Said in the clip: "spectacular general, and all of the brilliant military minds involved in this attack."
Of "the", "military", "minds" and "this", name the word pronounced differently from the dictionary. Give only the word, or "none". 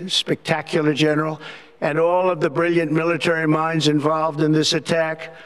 none